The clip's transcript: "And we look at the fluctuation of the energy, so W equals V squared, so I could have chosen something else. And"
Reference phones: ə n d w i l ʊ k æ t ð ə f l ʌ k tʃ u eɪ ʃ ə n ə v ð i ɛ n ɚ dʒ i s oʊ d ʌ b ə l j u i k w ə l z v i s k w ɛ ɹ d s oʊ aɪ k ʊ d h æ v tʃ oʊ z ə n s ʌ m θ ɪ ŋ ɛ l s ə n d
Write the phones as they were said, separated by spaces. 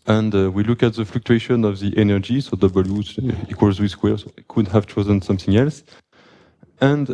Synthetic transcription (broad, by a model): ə n d w i l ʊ k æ t ð ə f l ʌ k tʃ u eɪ ʃ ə n ə v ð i ɛ n ɚ dʒ i s oʊ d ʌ b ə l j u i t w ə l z w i s k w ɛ ɹ s oʊ k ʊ d h æ v tʃ oʊ z ə n s ʌ m θ ɪ ŋ ɛ l s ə n d